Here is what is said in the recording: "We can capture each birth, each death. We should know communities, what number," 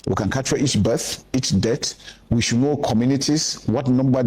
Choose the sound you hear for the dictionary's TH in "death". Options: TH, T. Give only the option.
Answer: T